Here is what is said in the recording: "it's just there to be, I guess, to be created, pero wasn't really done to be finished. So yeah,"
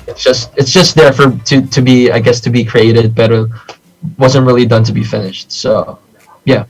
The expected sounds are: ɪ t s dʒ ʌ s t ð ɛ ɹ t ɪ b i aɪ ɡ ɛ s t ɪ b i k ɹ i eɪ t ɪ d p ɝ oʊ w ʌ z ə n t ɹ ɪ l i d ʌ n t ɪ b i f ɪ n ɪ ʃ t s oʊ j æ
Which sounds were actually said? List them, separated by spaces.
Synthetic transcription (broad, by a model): ɪ t s dʒ ʌ s t ð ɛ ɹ t ɪ b i aɪ ɡ ɛ s t ɪ b i k ɹ i eɪ t ɪ d b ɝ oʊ w ʌ z ə n t ɹ ɪ l i d ʌ n t ɪ b i f ɪ n ɪ ʃ t s oʊ j æ